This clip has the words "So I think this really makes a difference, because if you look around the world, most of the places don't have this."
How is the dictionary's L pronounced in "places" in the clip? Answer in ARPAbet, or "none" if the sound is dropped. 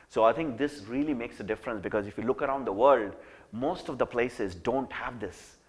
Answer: L